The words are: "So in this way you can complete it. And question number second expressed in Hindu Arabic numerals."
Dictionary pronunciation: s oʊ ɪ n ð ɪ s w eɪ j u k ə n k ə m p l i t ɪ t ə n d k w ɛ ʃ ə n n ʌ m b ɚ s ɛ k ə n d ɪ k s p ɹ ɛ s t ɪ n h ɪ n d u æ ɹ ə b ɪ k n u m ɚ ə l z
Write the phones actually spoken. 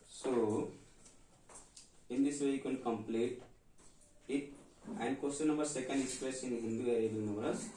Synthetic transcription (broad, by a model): s oʊ ɪ n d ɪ s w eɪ j u k ə n k ə m p l i t ɪ t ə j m k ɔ s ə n n ʌ m b ɚ s ɛ k ə n d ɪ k s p ɹ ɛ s ɪ n h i n d u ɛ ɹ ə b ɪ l n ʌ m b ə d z